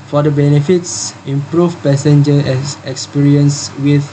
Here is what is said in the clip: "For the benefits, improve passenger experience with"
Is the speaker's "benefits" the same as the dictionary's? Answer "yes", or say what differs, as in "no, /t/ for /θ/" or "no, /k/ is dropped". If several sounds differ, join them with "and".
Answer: yes